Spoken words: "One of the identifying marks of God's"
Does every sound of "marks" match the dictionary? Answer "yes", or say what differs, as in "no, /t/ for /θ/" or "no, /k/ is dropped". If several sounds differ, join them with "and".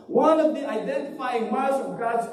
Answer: no, /k/ is dropped